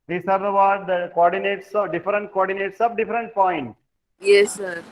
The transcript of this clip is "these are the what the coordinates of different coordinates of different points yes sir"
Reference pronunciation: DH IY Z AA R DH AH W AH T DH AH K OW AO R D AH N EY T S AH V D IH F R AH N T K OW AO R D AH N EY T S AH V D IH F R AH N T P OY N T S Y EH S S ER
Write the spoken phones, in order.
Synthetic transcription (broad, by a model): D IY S AA R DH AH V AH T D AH K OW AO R D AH N EY T S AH D IH F R AH N T K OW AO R D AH N EY T S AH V D IH F R AH N T P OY N T Y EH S S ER